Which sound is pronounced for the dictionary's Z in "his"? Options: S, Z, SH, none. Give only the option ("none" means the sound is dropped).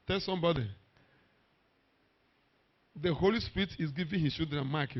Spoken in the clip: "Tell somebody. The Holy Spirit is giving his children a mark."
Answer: S